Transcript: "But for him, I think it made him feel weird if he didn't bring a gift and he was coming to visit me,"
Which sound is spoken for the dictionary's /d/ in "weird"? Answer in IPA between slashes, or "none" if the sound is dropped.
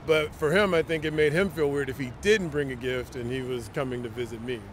/d/